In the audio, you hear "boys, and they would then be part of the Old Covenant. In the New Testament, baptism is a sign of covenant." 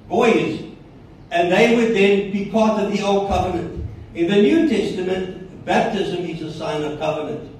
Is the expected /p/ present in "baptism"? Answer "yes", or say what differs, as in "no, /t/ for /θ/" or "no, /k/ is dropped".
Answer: yes